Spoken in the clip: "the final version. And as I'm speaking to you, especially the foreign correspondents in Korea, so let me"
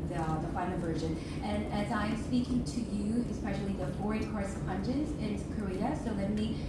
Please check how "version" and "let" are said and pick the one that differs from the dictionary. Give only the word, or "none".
none